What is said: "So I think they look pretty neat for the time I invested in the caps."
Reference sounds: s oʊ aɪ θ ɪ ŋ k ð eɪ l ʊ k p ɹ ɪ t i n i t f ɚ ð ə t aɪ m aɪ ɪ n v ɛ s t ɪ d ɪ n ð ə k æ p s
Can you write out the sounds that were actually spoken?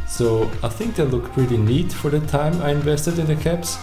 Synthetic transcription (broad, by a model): s oʊ aɪ θ ɪ ŋ k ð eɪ l ʊ k p ɹ ɪ t i n i t f ɚ ð ə t aɪ m aɪ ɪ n v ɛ s t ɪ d ɪ n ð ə k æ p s